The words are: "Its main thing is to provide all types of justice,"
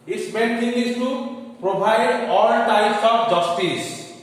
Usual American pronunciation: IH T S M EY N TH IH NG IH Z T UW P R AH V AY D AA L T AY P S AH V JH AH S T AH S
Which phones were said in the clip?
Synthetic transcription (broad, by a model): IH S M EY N T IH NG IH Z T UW P R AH B AY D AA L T AY S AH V JH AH S T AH S